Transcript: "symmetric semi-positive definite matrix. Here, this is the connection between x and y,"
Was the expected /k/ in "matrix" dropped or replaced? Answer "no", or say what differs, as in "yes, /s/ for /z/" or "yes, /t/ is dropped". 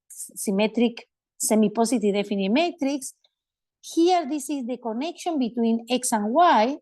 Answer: no